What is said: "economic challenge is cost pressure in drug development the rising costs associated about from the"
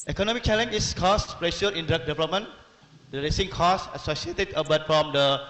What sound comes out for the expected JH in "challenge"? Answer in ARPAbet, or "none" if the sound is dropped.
none